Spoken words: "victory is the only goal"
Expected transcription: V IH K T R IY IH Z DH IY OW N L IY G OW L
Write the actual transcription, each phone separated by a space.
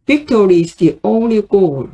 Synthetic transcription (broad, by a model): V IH K T R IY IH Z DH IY OW N L IY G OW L